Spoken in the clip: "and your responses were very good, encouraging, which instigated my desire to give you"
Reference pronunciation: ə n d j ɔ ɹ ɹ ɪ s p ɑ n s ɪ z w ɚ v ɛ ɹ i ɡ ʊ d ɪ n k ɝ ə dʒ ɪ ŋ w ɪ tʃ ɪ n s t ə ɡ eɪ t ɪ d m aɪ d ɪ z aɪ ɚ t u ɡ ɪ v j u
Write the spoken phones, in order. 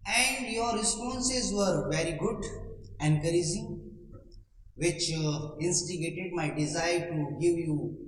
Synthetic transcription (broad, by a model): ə n d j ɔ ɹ ɹ ɪ s p ɑ n s ɪ z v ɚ v ɛ ɹ i ɡ ʊ d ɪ n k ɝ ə z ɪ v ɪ tʃ ɪ n s t ə ɡ eɪ t ɪ d m aɪ d ɪ z aɪ ɚ t u ɡ ɪ v j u